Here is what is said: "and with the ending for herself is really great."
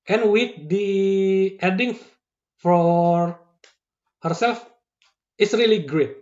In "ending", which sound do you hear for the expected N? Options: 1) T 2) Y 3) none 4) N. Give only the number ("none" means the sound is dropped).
3